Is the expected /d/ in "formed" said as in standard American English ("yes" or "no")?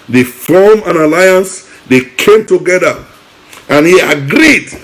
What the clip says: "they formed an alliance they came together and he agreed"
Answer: no